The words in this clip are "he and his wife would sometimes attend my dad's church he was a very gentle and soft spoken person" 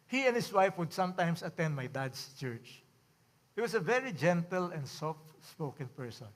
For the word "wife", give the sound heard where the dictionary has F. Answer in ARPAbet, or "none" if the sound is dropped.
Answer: F